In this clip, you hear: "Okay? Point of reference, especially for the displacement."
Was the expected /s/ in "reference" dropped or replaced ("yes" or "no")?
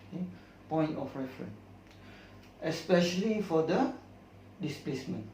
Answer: yes